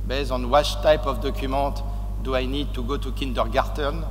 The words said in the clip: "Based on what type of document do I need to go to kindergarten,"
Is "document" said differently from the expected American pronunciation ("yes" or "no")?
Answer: yes